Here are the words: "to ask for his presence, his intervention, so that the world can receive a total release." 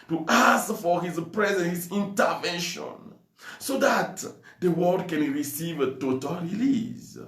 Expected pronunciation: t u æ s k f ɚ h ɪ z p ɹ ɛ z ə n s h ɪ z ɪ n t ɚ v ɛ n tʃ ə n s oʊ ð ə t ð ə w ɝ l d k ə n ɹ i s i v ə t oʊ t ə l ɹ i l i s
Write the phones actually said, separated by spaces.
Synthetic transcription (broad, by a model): t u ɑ s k f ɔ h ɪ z p ɹ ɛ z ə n h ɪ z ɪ n t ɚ v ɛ n ʃ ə n s oʊ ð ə t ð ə w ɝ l d k ə n ɹ i s i v ə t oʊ t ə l ɹ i l i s